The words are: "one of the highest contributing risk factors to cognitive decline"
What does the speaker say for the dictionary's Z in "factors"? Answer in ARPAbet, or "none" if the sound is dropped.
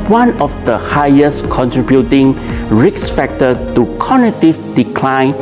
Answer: none